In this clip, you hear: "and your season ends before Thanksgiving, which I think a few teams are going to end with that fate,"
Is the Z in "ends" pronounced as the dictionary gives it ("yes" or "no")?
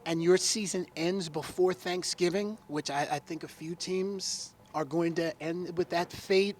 yes